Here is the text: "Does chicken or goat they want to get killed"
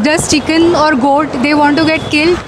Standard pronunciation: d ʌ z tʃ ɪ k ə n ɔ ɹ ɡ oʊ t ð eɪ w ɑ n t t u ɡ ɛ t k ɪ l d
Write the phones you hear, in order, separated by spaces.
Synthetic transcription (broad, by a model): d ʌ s tʃ ɪ k ə n ɔ ɹ ɡ oʊ t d eɪ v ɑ n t t u ɡ ɛ t k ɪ l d